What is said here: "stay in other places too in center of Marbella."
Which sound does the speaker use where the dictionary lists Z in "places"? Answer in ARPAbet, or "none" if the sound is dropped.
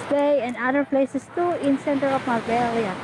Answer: S